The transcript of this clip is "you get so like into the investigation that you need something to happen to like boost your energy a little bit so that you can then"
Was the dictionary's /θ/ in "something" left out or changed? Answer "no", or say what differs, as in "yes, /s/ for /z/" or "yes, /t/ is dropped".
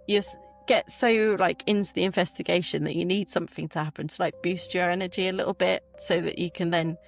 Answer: no